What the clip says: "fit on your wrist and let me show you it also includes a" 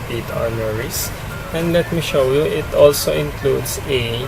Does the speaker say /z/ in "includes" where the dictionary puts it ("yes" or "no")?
no